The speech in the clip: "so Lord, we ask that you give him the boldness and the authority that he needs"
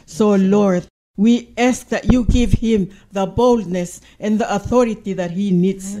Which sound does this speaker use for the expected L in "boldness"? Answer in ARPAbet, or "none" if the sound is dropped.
L